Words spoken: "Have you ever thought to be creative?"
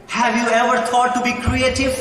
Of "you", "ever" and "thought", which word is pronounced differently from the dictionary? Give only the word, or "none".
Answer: thought